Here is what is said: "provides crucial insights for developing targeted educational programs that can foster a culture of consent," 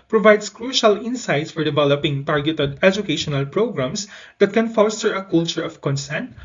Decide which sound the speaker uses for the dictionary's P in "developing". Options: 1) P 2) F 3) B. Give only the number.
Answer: 1